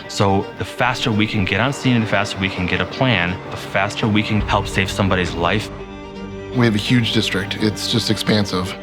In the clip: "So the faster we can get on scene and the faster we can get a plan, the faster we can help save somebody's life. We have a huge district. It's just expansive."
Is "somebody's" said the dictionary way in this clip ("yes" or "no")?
yes